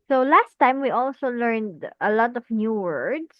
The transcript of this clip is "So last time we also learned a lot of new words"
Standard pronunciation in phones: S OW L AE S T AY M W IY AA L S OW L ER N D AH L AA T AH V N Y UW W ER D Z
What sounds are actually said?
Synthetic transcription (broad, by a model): S OW L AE S T AY M W IY AA L S OW L ER N D AH L AA T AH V N Y UW W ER D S